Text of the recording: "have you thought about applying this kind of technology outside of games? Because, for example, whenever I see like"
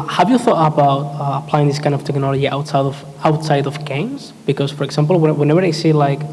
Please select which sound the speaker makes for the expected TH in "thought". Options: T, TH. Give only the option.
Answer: TH